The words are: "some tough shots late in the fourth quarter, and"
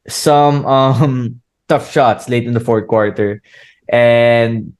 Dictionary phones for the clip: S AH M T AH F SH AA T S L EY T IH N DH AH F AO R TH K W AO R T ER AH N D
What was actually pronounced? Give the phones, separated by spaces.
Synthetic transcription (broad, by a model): S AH M T AH F SH AA T S L EY T IH N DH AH F AO R T K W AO R T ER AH N D